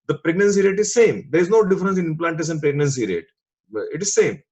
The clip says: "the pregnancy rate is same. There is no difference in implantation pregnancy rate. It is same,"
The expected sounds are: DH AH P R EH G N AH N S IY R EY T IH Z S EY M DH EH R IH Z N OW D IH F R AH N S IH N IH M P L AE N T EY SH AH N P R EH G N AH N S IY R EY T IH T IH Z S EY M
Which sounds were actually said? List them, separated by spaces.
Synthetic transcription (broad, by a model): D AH P R EH G N AH N S IY R EY T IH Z S EY M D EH R IH Z N OW D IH F R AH N S IH N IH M P L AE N T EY S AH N P R EH G N AH N S IY R EY T IH T IH Z S EY M